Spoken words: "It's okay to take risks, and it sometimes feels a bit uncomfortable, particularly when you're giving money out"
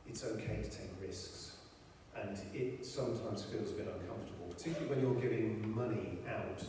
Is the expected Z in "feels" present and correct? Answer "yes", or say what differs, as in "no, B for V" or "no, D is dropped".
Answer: yes